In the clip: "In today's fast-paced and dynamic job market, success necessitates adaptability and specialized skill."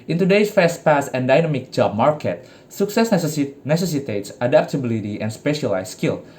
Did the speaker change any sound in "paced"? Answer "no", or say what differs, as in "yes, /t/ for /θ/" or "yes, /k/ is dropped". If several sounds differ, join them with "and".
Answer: yes, /t/ is dropped